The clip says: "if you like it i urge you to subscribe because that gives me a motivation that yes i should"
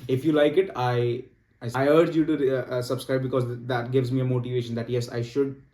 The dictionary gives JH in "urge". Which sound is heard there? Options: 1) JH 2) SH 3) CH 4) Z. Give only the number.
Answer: 1